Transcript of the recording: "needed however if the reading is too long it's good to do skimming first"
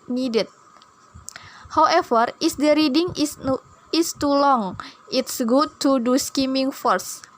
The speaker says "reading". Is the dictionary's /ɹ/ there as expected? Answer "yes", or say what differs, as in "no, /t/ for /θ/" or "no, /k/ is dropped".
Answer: yes